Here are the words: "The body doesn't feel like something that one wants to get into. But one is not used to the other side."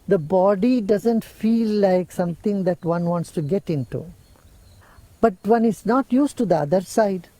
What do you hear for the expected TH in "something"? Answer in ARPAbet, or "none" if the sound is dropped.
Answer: T